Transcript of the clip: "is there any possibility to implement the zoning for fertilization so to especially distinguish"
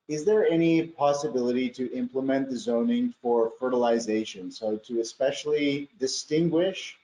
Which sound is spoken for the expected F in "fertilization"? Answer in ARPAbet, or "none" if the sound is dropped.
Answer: F